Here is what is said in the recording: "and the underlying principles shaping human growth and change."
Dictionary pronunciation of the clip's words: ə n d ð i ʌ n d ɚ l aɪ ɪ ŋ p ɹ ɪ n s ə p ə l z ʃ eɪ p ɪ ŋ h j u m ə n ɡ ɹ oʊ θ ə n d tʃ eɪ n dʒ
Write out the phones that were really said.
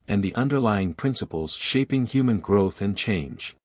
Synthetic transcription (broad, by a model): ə n ð i ʌ n d ɚ l aɪ ɪ ŋ p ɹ ɪ n s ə p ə l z ʃ eɪ p ɪ ŋ h j u m ə n ɡ ɹ oʊ θ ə n tʃ eɪ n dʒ